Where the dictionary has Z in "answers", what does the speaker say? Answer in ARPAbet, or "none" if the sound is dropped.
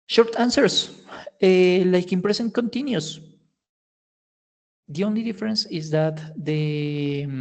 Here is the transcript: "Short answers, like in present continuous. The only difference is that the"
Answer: S